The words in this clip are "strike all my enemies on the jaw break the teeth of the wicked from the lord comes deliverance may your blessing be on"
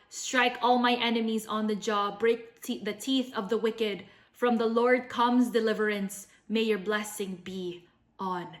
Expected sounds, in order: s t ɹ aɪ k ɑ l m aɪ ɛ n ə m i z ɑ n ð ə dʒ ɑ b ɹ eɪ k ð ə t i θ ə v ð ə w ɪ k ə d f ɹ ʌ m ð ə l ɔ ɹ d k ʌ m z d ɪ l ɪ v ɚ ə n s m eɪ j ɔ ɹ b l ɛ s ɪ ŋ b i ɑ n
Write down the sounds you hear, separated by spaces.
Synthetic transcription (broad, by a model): s t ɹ aɪ k ɑ l m aɪ ɛ n ə m i z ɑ n ð ə dʒ ɑ b ɹ eɪ k ð ə t i θ ə v ð ə w ɪ k ə d f ɹ ʌ m ð ə l ɔ ɹ d k ʌ m z d ɪ l ɪ v ɚ ə n s m eɪ j ɔ ɹ b l ɛ s ɪ ŋ b i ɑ n